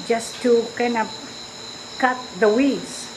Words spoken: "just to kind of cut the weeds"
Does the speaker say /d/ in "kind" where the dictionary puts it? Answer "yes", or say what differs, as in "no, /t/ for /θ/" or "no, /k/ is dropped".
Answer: no, /d/ is dropped